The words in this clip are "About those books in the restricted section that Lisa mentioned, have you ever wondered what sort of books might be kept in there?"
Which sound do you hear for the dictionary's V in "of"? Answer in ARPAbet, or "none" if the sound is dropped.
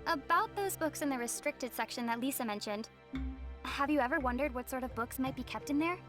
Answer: V